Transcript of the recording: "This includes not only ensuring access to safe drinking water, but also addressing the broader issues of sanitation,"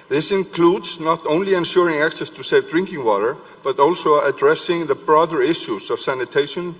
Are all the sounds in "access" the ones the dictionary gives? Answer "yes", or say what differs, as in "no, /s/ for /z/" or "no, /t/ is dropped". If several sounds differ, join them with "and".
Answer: yes